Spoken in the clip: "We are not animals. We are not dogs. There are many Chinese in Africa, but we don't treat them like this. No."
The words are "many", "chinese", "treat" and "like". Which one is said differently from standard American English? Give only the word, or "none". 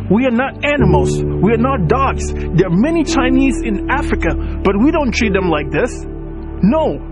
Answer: none